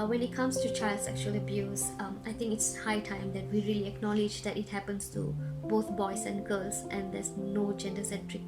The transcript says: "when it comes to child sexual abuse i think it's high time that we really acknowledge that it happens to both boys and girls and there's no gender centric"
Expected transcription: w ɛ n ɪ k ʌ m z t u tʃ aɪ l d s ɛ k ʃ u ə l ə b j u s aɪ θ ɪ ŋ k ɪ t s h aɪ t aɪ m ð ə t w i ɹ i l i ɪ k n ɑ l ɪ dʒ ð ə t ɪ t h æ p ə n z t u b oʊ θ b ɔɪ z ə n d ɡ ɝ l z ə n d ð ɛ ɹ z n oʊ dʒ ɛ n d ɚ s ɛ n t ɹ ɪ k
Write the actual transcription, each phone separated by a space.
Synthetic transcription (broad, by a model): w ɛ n ɪ k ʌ m s t u tʃ aɪ l d s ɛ k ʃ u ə l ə b j u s aɪ t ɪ ŋ k ɪ t s h aɪ t aɪ m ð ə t w i ɹ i l i ɪ k n ɑ l ɪ dʒ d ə t ɪ t h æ p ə n s t u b oʊ t b ɔɪ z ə n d ɡ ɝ l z ə n d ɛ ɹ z n oʊ dʒ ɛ n d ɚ s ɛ n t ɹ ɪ k